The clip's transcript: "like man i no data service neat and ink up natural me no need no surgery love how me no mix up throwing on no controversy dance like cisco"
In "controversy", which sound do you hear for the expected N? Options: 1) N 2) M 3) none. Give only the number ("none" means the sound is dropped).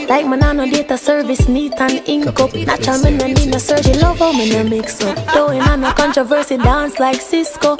1